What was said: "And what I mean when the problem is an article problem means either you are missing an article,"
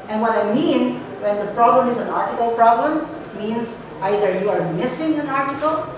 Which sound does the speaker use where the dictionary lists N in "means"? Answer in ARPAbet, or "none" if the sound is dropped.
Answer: N